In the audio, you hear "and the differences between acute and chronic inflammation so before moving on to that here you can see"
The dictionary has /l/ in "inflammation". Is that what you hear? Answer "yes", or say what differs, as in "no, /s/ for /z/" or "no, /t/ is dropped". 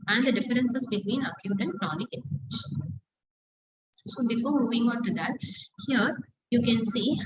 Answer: no, /l/ is dropped